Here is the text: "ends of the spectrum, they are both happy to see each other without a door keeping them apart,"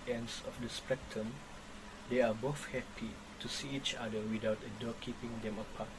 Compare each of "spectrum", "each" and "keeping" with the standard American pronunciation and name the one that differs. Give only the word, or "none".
spectrum